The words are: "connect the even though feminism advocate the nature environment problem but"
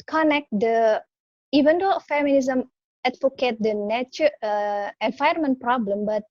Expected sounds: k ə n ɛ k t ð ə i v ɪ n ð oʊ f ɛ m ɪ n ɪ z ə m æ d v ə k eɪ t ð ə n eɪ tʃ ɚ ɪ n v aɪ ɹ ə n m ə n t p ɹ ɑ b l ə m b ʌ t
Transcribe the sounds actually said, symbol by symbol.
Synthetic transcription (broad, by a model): k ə n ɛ k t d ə i v ɪ n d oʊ f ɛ m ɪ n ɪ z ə m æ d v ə k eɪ t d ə n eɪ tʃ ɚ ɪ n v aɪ ə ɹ m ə n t p ɹ ɑ b l ə m b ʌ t